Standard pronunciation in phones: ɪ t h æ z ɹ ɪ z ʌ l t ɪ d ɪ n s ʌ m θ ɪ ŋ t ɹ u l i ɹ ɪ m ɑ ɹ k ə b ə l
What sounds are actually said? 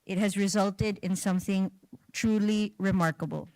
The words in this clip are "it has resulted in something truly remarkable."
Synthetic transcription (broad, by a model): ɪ t h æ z ɹ ɪ z ʌ l t ɪ d ɪ n s ʌ m θ ɪ ŋ t ɹ u l i ɹ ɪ m ɑ ɹ k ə b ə l